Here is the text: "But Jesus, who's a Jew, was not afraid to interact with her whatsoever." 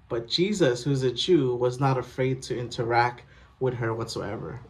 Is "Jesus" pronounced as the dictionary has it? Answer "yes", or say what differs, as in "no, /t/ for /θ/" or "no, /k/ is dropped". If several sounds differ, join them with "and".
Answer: yes